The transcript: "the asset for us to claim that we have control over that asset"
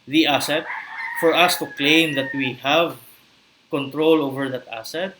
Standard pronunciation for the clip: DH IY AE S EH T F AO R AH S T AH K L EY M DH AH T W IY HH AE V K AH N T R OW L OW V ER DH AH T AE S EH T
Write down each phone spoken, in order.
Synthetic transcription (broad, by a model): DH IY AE S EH T F AO R AH S T AH K L EY M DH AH T W IY HH AE V K AH N T R OW L OW V ER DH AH T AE S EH T